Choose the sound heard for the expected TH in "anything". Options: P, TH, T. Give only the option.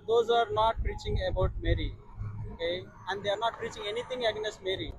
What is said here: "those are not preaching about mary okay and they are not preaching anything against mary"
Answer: T